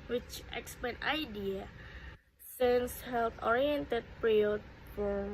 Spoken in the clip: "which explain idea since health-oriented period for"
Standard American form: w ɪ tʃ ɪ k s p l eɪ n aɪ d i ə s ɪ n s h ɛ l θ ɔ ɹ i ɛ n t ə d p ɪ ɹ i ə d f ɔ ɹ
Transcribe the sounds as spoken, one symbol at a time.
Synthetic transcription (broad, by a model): w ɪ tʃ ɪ k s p eɪ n aɪ d i ə s ɪ n s h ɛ l t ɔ ɹ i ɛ n t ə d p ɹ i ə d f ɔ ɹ